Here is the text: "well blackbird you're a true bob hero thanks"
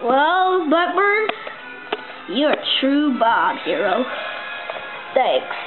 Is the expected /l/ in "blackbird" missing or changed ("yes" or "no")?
yes